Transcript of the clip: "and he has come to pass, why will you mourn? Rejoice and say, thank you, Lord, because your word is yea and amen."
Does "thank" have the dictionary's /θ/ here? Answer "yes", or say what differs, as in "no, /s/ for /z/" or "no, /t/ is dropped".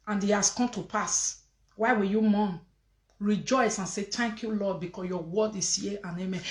no, /t/ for /θ/